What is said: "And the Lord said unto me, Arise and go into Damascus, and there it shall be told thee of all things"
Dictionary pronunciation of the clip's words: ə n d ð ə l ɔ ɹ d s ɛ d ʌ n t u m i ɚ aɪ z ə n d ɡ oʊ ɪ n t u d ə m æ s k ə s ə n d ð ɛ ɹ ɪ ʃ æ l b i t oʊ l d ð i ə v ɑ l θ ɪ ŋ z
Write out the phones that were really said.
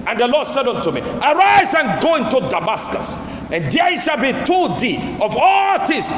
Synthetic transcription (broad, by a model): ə n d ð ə l ɔ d s ɛ d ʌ n t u m i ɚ aɪ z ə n ɡ oʊ ɪ n t u d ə m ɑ s k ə s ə n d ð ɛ ɪ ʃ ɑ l b i t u d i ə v ɑ l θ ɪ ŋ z